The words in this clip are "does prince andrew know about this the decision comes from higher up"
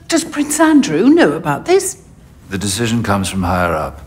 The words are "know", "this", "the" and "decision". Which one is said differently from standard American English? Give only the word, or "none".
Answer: none